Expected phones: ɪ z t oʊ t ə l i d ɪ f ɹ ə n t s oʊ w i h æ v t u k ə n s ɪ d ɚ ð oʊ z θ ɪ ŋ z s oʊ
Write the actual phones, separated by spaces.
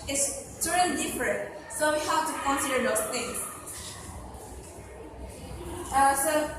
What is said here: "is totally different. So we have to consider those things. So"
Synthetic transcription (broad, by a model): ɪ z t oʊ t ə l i d ɪ f ɹ ə n t s oʊ w i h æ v t u k ə n s ɪ d ɚ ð oʊ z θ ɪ ŋ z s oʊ